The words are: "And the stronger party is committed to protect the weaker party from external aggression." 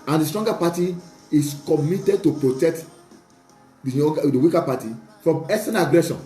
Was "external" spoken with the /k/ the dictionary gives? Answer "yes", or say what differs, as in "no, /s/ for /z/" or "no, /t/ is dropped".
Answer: no, /k/ is dropped